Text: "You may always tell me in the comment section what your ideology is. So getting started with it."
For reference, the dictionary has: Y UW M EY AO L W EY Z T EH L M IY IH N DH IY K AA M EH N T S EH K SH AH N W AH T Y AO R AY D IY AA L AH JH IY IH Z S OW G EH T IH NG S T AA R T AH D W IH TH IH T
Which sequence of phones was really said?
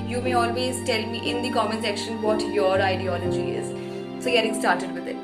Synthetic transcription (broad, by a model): Y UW M EY AO L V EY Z T EH L M IY IH N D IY K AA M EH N S EH K SH AH N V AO T Y AO R AY D IY AA L AH JH IY IH Z S OW G EH T IH NG S T AA R T AH D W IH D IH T